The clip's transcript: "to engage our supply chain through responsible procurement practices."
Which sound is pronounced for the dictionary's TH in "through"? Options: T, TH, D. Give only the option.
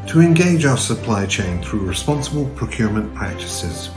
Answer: TH